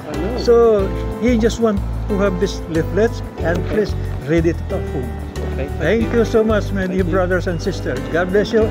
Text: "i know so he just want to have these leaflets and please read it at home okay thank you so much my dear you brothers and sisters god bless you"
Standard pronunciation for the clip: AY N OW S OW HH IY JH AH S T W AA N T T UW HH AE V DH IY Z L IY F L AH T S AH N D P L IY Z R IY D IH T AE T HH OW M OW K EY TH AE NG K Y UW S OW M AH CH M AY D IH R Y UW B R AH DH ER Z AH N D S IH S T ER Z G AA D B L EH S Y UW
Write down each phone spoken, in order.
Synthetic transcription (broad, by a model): S OW HH IY JH AH S T W AA N T T UW HH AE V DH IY S L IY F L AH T S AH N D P L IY S R IY D IH T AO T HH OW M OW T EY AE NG K Y UW S OW M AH CH M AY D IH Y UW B R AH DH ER S AH N D S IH S T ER S G AA D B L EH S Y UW